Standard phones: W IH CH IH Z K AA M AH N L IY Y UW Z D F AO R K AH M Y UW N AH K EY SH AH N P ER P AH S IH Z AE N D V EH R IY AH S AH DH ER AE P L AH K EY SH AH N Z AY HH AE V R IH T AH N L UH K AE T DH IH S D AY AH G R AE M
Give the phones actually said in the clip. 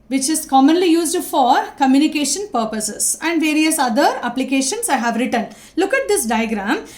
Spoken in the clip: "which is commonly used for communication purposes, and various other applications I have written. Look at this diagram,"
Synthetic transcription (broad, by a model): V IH CH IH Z K AA M AH N L IY Y UW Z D F AO R K AH M Y UW N AH K EY SH AH N P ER P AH S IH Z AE N D V EH R IY AH S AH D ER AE P L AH K EY SH AH N S AY HH AE V R IH T AH N L UH K AE T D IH S D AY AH G R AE M